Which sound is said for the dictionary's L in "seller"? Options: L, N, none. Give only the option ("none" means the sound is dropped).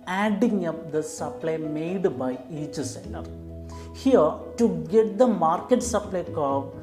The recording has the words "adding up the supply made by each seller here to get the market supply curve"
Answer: N